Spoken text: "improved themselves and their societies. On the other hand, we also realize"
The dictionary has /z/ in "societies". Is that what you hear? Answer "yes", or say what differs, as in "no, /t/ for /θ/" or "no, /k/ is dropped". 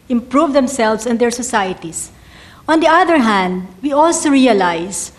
no, /s/ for /z/